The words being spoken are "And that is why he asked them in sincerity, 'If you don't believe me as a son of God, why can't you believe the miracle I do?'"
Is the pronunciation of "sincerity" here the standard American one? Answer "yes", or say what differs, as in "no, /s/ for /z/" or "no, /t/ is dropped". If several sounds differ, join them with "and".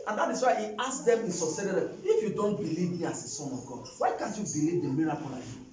no, /n/ is dropped